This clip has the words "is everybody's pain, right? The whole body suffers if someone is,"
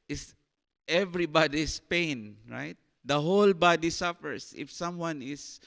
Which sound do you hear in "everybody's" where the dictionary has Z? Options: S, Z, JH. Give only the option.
S